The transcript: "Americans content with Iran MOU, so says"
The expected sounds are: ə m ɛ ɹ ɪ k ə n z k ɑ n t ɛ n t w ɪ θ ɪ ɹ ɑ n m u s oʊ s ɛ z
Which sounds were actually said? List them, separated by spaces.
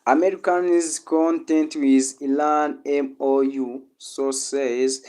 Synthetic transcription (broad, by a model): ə m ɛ ɹ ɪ k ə n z k ɑ n t ɛ n t w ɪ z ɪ l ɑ n m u s oʊ s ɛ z